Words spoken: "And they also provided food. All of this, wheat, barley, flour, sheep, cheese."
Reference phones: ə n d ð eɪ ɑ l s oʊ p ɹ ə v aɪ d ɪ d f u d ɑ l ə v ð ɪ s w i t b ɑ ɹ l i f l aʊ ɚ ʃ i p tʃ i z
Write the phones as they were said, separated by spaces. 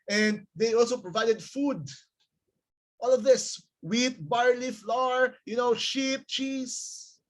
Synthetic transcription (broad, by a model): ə n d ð eɪ ɑ l s oʊ p ɹ ə v aɪ d ɪ d f u d ɑ l ə v ð ɪ s w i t b ɑ ɹ l i f l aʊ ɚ ʃ i p tʃ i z